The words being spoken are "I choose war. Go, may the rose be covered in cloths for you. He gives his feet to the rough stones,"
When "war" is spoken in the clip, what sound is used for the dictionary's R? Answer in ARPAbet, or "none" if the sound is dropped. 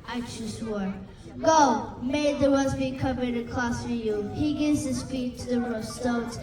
R